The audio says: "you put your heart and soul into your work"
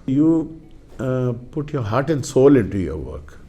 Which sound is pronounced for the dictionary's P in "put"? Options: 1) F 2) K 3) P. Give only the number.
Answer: 3